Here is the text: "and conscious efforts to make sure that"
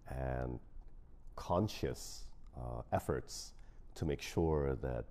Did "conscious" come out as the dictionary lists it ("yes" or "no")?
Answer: yes